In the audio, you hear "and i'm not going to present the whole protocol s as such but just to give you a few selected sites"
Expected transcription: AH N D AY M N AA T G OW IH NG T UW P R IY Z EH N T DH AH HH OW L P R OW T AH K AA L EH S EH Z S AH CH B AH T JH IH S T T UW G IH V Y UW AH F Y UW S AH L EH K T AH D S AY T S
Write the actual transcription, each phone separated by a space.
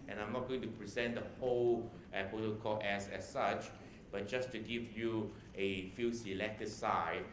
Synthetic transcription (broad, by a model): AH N AY M N AA T G OW IH NG T UW P R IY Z EH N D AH HH OW L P OW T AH K AA EH S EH S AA CH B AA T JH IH S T T UW G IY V Y UW AH F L S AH L EH K T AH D S AY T